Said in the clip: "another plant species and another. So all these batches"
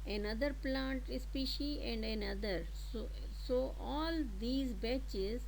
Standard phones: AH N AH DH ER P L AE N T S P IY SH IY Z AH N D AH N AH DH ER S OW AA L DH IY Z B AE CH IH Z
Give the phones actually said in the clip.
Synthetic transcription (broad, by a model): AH N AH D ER P L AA N T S P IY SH IY AH N D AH N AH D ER S OW AA L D IY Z B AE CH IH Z